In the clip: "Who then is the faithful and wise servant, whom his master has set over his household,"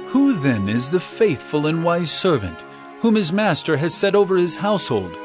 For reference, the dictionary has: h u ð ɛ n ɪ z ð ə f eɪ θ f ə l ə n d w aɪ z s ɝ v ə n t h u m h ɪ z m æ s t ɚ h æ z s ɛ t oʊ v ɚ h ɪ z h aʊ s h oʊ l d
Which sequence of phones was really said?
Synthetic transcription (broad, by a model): h u ð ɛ n ɪ z ð ə f eɪ θ f ə l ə n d w aɪ z s ɝ v ə n t h u m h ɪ z m æ s t ɚ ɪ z s ɛ t oʊ v ɚ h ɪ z h aʊ s h oʊ l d